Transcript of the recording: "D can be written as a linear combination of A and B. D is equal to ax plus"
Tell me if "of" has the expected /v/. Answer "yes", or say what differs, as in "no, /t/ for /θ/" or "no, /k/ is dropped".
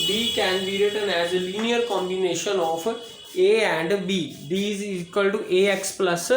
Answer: no, /p/ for /v/